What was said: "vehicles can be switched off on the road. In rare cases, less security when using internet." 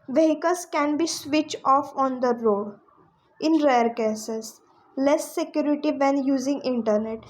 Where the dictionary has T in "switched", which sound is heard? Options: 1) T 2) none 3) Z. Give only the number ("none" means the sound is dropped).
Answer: 2